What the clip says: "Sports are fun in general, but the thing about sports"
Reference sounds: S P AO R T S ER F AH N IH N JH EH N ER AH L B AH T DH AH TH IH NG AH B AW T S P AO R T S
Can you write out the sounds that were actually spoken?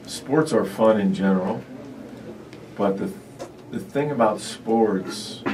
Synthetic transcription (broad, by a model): S P AO R T S ER F AH N IH N JH EH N ER L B AH T DH AH TH IH NG AH B AW T S P AO R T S